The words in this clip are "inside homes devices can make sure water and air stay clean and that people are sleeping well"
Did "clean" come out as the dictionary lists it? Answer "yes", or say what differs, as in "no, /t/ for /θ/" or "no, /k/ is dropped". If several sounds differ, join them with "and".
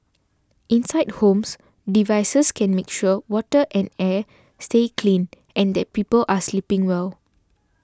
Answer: yes